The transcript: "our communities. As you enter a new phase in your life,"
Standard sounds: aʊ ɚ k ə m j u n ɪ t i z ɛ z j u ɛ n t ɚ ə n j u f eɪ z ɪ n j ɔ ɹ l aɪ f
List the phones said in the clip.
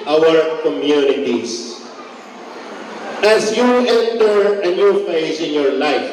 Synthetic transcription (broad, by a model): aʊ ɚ k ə m j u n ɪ t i s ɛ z j u ɛ n t ɚ ə n j u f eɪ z ɪ n j ɔ ɹ l aɪ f